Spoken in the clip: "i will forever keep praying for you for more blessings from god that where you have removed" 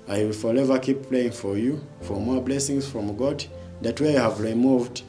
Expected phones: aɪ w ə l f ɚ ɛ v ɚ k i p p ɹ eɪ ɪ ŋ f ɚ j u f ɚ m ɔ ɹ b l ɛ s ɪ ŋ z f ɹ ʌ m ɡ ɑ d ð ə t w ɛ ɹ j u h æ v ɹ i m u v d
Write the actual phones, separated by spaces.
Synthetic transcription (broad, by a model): aɪ w ə l f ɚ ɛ v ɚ k i p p l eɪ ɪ ŋ f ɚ j u f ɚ m ɔ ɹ b l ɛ s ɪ ŋ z f ɹ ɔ m ɡ ɑ d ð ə t w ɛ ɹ j u h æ v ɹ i m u v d